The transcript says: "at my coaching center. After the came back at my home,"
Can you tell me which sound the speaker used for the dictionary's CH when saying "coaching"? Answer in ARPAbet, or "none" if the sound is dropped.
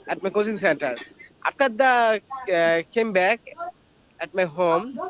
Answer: S